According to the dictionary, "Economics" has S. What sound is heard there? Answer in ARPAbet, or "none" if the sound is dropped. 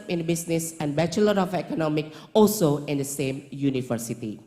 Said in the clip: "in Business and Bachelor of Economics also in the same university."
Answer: none